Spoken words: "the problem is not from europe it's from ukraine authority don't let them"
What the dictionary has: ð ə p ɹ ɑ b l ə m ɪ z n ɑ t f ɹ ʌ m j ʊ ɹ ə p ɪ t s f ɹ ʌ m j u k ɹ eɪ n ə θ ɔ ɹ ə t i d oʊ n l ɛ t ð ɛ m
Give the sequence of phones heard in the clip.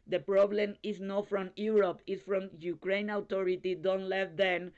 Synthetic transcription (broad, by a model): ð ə p ɹ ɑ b l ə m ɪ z n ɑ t f ɹ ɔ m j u ɹ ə p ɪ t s f ɹ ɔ m j u k ɹ eɪ n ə t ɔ ɹ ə t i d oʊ n l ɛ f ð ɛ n